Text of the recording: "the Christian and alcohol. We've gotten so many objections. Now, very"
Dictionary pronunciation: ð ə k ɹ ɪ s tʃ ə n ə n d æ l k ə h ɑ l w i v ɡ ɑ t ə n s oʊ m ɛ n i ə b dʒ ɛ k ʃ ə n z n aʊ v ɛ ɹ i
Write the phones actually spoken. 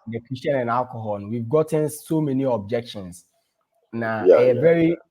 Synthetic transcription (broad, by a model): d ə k ɪ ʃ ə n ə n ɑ l k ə h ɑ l w i v ɡ ɑ t ə n s oʊ m ɛ n i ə b dʒ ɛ k ʃ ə n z n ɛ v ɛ ɹ i